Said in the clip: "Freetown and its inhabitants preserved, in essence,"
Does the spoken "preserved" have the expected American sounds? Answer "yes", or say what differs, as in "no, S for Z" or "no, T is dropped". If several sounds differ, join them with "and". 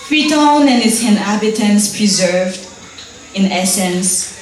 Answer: yes